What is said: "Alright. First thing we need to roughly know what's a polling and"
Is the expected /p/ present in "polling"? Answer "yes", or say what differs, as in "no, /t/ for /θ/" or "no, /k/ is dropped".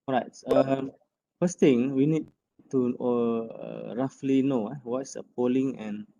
yes